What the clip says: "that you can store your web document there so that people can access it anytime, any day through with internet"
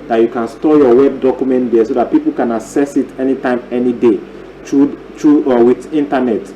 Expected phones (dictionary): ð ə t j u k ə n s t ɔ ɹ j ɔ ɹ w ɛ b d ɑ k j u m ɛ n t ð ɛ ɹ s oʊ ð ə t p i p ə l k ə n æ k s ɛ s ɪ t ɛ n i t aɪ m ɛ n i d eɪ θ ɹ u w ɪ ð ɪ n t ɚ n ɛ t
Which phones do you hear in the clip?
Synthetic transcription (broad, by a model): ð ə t j u k ə n s t ɔ j ɔ w ɛ b d ɑ k j u m ɛ n t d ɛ s oʊ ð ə t p i p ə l k ə n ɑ s ɛ s ɪ t ɛ n i t aɪ m ɛ n i d eɪ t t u w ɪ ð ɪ n t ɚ n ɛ t